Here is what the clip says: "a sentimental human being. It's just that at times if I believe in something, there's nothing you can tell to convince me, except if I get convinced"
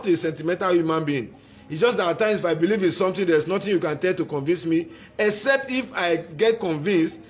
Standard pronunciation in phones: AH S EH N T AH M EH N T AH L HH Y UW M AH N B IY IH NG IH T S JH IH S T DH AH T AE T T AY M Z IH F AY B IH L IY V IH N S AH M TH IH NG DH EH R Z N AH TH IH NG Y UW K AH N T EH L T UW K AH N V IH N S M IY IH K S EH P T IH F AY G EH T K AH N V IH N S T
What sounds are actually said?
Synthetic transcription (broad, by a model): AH S EH N T AH M EH N T AH L HH Y UW M AH N B IY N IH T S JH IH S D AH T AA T T AY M S IH F AY B IH L IY V IH N S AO M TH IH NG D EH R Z N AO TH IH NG Y UW K AH N T EH L T UW K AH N V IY N S M IY IH K S EH P T IH F AY G EH T K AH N V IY N S T